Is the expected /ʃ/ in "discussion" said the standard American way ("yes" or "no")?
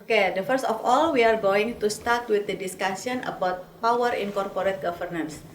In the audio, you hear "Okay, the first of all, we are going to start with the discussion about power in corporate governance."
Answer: no